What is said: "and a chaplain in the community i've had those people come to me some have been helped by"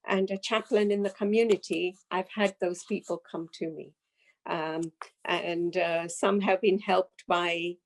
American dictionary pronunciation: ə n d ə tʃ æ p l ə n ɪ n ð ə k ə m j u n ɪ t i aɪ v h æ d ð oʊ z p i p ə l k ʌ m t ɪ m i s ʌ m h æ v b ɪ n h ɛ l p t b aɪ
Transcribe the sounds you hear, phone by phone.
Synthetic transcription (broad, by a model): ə n ə tʃ æ p l ə n ɪ n ð ə k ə m j u n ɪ t i aɪ v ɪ d ð oʊ z p i p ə l k ʌ m t ɪ m i s ʌ m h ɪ v b ɪ n h ɛ l p t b aɪ